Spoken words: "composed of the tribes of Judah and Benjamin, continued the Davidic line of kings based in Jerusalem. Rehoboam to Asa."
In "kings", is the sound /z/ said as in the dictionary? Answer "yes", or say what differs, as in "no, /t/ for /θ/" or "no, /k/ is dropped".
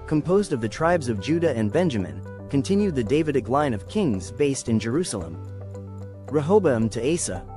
yes